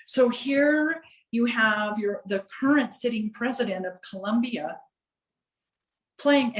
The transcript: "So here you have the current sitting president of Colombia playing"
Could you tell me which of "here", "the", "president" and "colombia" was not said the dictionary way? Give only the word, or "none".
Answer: none